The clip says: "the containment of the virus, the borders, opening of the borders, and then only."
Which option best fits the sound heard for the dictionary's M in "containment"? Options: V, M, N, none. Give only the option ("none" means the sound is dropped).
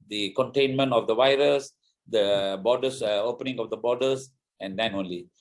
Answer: M